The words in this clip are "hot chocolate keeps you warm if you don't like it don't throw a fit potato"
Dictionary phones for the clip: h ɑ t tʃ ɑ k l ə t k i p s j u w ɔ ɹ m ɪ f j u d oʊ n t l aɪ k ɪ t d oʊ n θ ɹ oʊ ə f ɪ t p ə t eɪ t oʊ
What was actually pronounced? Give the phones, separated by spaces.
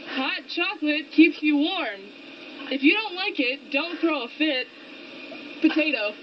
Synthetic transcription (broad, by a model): h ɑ t tʃ ɑ k l ə t k i p s j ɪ w ɔ ɹ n ɪ f j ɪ d oʊ n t l aɪ k ɪ t d oʊ n θ ɹ oʊ ə f ɪ t p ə t eɪ t oʊ